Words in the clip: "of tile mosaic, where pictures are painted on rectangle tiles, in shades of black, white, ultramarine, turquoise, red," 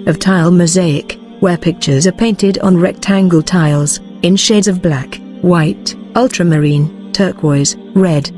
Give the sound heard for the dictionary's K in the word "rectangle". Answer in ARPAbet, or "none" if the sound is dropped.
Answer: K